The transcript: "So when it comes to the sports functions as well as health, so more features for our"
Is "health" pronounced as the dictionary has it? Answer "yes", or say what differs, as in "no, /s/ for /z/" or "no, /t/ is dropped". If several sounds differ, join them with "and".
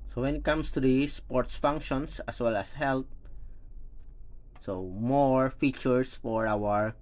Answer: no, /t/ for /θ/